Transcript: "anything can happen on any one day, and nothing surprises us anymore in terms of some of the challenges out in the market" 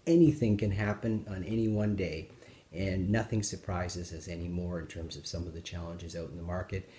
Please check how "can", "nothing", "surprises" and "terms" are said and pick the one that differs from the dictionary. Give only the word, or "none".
none